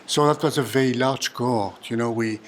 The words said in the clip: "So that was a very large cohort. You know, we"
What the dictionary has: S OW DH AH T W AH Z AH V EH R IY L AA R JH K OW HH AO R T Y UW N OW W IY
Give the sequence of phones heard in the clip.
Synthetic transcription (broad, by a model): S OW DH AH T W AH Z AH V EH R IY L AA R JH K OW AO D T Y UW N OW W IY